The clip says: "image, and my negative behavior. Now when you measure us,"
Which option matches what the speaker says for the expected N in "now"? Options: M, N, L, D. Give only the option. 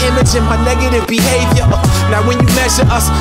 L